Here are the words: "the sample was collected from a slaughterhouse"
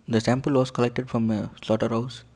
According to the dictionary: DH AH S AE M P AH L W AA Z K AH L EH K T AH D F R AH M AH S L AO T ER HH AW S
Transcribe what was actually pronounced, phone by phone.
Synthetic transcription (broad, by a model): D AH S AE M P AH L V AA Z K AH L EH K T AH D F R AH M AH S L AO T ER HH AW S